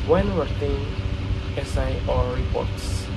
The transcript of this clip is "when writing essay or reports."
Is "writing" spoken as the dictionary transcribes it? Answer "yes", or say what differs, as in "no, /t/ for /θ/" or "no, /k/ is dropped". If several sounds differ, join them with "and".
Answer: no, /w/ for /ɹ/